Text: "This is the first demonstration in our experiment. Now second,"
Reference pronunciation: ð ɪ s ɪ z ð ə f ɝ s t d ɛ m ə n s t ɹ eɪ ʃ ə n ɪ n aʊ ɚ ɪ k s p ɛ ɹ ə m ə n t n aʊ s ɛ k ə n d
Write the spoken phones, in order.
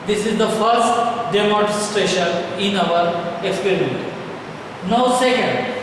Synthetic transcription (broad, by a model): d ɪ s ɪ z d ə f ɝ s t d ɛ m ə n s t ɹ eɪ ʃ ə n ɪ n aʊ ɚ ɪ k s p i ɹ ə ə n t n aʊ s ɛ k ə n d